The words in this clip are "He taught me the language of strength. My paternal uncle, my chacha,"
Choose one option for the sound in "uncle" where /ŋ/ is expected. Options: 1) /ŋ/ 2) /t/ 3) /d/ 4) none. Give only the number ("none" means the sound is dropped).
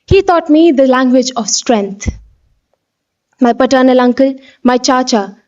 1